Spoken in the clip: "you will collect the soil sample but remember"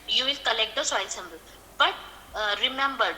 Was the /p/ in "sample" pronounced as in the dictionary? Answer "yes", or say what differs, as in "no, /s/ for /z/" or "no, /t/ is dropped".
no, /b/ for /p/